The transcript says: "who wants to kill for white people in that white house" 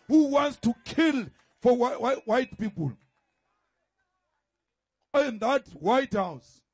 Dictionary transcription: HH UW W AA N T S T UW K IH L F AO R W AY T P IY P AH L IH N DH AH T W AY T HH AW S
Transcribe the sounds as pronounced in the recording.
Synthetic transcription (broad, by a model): HH UW W AA N T S T UW K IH L F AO W W AY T P IY P AH L IH N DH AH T W AY T HH AW S